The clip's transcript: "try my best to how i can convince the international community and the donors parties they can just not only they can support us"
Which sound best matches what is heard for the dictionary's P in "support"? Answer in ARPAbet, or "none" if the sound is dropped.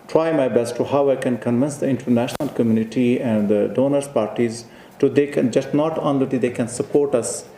P